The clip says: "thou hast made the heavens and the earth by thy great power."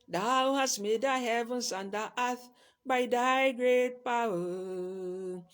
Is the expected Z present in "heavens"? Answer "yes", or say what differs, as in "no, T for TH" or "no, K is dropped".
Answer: no, S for Z